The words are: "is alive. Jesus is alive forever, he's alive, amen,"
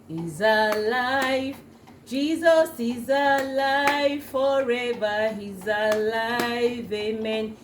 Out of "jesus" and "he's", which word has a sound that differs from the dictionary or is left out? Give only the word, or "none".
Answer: none